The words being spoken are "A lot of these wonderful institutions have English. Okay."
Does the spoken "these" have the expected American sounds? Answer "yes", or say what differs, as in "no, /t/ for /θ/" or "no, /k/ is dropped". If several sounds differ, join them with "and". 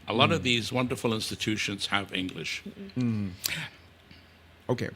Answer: yes